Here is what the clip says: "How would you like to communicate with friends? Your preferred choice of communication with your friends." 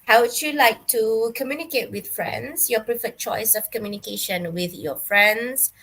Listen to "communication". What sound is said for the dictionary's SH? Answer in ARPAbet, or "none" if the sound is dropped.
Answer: SH